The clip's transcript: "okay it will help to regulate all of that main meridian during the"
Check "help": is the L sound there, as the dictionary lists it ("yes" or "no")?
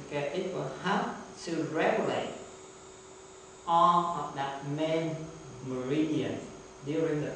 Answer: no